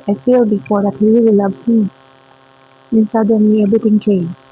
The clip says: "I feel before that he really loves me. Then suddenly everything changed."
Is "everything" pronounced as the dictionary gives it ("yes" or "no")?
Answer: no